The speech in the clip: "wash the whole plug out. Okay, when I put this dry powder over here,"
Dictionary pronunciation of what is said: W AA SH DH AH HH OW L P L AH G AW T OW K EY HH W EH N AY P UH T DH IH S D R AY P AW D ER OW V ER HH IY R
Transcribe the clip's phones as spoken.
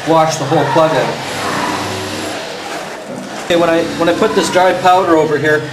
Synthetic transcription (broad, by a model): W AA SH DH AH HH OW L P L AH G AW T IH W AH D W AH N AY P UH T DH IH S D R AY P AW D ER OW V ER HH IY R